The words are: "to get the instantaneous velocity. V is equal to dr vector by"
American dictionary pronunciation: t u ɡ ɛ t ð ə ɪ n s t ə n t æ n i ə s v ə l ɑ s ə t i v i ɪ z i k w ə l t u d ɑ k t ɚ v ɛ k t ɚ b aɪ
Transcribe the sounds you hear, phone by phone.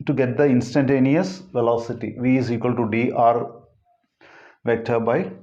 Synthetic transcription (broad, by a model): t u ɡ ɛ t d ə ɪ n s t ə n t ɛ n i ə s v ə l ɑ s ə t i v i ɪ z i k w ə l t u d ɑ t v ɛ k t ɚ b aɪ